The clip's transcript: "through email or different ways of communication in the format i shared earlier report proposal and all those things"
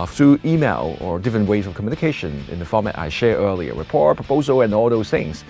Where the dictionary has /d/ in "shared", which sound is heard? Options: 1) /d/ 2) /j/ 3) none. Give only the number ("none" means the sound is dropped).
3